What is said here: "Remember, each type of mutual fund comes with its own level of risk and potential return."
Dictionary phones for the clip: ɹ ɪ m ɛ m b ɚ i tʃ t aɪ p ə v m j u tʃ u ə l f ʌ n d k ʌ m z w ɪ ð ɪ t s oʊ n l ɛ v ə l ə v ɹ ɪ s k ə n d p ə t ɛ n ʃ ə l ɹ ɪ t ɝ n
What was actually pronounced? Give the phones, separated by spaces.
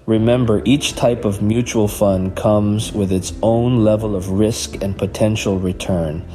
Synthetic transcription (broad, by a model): ɹ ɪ m ɛ m b ɚ i tʃ t aɪ p ə v m j u tʃ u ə l f ʌ n k ʌ m z w ɪ ð ɪ t s oʊ n l ɛ v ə l ə v ɹ ɪ s k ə n p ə t ɛ n ʃ l ɹ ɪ t ɝ n